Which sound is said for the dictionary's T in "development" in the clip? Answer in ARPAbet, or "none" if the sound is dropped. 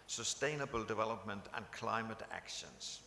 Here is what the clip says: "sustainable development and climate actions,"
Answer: T